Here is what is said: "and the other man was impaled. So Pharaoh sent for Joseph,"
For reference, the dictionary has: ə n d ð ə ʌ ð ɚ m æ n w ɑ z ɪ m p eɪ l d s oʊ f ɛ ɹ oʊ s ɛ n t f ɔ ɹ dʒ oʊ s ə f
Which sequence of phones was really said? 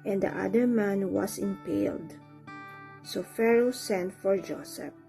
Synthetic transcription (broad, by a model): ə n d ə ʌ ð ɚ m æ n w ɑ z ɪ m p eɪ l d s oʊ f ɛ ɹ oʊ s ɛ n t f ɔ ɹ dʒ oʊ s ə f